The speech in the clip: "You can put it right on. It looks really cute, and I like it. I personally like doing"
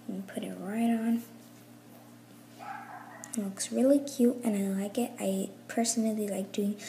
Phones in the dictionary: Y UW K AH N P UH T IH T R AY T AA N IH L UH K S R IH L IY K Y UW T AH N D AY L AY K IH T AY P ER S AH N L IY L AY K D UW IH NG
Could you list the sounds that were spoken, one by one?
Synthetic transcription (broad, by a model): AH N P UH T IH T R AY T N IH L UH K S R IH L IY K Y UW T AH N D AY L AY K IH T AY P ER S AH N L IY L AY K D UW IH NG